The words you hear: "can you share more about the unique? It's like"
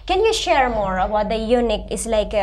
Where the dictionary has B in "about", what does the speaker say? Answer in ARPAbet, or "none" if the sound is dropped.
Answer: none